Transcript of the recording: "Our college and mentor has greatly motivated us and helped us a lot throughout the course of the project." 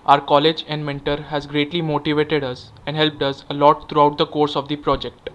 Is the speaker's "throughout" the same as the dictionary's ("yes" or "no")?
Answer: no